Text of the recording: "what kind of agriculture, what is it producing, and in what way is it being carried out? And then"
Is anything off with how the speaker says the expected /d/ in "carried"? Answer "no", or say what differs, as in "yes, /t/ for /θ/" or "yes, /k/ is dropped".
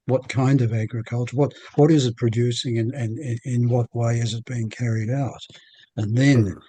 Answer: no